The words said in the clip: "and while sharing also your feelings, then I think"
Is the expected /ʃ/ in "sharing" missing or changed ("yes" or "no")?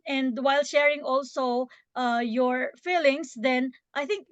no